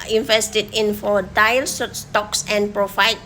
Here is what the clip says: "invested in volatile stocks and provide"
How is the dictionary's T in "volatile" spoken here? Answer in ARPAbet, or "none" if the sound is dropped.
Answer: S